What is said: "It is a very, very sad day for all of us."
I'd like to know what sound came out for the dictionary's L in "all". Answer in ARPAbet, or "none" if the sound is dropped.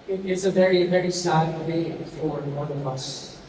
N